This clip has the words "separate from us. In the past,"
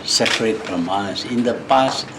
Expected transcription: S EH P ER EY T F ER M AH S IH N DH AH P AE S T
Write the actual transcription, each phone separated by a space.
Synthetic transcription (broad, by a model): S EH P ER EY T P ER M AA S IH N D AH P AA S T